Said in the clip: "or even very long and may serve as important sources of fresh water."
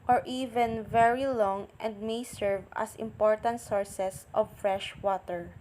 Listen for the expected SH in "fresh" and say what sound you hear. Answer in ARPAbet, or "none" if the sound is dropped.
SH